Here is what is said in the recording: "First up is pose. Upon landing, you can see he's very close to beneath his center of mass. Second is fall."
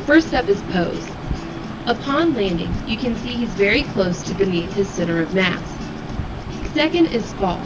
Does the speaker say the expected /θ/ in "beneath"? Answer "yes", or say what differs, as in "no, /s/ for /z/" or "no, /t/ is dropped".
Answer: no, /t/ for /θ/